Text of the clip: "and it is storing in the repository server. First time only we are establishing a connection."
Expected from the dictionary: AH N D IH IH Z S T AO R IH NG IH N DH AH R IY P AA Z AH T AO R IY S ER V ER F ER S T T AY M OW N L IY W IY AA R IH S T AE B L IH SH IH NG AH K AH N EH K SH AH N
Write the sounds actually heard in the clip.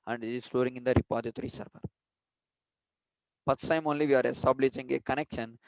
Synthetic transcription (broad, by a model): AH N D IH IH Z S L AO R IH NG IH N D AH R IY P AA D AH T R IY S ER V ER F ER T S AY M OW N L IY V IY AA R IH S T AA B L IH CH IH NG AH K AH N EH K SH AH N